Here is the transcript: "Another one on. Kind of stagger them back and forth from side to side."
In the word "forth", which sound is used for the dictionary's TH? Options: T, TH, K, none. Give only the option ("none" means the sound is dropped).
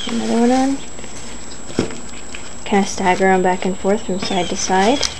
TH